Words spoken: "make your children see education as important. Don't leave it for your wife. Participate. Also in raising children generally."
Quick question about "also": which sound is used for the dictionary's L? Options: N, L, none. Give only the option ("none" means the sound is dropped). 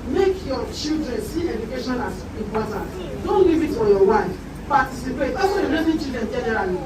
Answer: none